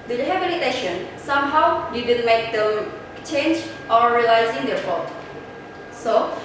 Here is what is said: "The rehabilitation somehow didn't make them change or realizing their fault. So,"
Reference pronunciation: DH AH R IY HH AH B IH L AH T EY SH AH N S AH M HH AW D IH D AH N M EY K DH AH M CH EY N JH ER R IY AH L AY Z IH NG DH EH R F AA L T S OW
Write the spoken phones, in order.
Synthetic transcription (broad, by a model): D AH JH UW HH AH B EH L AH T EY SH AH N S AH M HH AW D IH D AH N M EY K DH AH CH EY N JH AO R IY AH L AY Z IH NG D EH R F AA T S OW